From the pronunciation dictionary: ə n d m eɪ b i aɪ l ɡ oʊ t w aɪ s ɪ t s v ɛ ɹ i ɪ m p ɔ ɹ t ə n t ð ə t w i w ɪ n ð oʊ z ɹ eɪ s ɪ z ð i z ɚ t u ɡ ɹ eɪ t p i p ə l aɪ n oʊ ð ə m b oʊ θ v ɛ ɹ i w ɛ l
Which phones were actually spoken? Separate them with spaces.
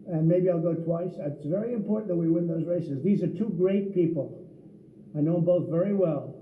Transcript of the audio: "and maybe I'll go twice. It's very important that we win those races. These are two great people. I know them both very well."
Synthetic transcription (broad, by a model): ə n m eɪ b i aɪ l ɡ oʊ t w aɪ s ɪ t s v ɛ ɹ i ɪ m p ɔ ɹ t n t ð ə t w i w ɪ n ð oʊ z ɹ eɪ s ɪ z ð i z ɚ t u ɡ ɹ eɪ t p i p l aɪ n oʊ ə b oʊ θ v ɛ ɹ i w ɛ l